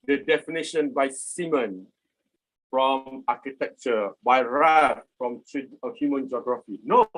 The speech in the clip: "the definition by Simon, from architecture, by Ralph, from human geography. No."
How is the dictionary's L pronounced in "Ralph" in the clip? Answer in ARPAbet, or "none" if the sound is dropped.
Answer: none